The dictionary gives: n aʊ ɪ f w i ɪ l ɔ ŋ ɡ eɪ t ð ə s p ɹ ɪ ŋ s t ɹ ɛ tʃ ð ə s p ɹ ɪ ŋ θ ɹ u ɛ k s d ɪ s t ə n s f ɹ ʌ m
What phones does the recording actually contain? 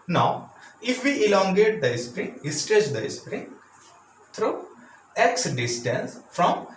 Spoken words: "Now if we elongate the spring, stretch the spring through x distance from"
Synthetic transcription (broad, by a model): n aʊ ɪ f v i ɪ l ɔ ŋ ɡ eɪ t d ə s p ɹ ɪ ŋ s t ɛ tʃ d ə s p ɹ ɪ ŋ t ɹ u ɛ k s d ɪ s t ə n s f ɹ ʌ m